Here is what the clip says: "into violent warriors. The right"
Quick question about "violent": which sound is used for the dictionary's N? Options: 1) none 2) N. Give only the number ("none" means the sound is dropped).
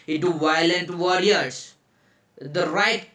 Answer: 2